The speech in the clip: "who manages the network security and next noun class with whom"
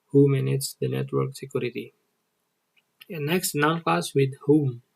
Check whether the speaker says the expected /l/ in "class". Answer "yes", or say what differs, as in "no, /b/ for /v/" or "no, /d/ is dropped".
no, /l/ is dropped